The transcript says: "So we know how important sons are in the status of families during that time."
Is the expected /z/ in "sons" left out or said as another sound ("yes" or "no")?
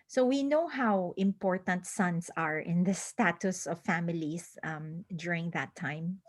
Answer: yes